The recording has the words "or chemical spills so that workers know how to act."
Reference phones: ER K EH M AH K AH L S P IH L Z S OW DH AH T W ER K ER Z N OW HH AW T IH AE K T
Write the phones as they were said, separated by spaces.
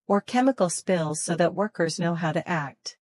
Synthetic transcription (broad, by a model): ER K EH M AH K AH L S P IH L Z S OW DH AH T W ER K ER Z N OW HH AW T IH AE K T